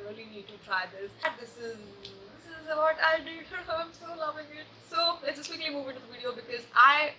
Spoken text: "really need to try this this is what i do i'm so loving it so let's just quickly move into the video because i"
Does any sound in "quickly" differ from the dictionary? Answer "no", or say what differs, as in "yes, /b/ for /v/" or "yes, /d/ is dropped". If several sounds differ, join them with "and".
yes, /l/ is dropped